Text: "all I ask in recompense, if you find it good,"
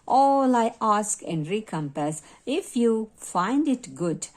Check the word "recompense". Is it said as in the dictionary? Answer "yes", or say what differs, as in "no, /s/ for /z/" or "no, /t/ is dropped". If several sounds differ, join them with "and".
no, /n/ is dropped